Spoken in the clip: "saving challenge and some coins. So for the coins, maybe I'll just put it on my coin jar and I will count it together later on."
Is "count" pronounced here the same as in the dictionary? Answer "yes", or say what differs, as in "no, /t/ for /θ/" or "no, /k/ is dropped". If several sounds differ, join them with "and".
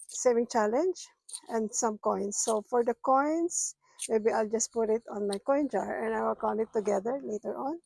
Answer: no, /t/ is dropped